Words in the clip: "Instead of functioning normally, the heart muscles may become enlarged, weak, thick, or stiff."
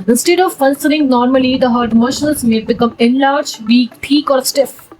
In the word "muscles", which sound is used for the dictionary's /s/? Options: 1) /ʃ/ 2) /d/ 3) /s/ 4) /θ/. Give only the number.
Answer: 1